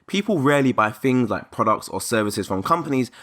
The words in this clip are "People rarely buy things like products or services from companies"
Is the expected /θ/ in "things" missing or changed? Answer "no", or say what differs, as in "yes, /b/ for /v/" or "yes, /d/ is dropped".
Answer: no